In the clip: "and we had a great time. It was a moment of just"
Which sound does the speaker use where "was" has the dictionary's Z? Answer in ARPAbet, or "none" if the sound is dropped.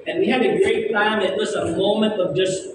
S